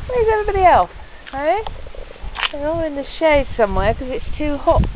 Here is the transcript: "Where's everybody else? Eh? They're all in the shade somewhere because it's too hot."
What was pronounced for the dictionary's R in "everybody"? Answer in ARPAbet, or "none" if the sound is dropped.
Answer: none